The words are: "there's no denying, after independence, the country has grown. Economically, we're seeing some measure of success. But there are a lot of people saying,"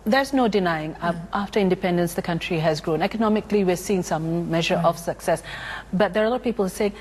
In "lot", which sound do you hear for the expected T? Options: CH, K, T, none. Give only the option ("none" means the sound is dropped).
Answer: none